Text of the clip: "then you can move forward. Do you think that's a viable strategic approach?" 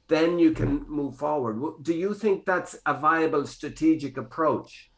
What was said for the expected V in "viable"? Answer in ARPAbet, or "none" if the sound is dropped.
V